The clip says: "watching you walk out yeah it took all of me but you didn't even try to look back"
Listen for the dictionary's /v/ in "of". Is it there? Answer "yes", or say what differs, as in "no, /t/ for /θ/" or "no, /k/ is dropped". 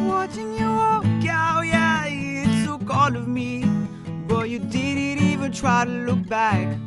yes